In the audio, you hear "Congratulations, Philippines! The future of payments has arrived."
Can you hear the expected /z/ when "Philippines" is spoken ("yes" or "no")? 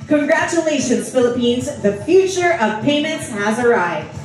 yes